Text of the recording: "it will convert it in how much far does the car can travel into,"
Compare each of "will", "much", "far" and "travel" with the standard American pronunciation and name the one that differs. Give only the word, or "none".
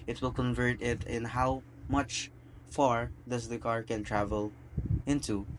none